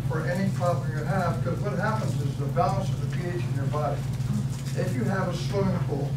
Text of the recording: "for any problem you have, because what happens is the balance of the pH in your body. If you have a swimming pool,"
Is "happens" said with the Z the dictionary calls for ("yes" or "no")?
yes